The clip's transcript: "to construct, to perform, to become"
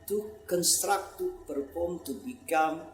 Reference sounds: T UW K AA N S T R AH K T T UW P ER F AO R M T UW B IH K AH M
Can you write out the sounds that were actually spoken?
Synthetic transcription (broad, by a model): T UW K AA N S T R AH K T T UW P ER P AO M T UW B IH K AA M